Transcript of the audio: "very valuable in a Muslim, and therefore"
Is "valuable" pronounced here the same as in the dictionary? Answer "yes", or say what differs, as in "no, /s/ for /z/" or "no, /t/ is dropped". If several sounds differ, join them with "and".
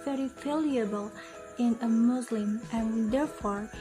no, /f/ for /v/